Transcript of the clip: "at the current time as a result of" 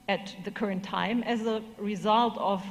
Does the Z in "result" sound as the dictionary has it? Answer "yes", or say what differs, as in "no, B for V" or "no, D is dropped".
yes